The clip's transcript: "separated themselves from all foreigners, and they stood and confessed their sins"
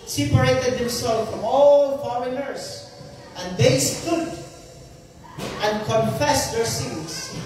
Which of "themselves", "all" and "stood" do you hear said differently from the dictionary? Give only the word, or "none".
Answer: themselves